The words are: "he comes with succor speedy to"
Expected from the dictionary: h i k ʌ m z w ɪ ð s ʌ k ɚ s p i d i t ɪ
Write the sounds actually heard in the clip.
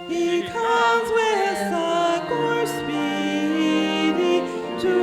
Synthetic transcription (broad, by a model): h i k ʌ m z w ɪ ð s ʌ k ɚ s p i d i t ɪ